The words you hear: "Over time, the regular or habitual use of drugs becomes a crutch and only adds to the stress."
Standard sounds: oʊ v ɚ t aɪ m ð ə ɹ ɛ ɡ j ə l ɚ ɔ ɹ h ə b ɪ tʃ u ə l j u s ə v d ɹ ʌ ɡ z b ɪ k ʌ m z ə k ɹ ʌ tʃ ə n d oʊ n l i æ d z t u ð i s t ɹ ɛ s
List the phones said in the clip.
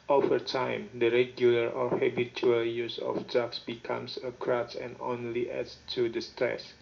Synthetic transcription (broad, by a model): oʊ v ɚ t aɪ m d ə ɹ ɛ ɡ j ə l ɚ ɔ ɹ h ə b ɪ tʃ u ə l j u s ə f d ɑ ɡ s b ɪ k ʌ m s ə k ɹ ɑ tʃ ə n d oʊ n l i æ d s t u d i s t ɹ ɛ s